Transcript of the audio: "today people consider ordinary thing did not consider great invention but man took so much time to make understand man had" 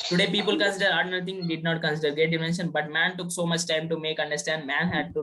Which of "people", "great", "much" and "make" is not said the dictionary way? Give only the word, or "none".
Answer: great